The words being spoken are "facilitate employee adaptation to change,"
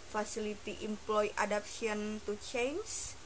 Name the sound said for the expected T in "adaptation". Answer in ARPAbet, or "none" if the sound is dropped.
S